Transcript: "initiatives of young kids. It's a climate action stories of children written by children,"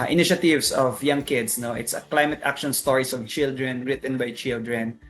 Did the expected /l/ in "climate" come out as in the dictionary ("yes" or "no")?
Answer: yes